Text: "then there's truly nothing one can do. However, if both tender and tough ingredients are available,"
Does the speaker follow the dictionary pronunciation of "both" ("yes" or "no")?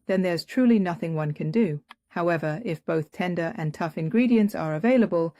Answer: yes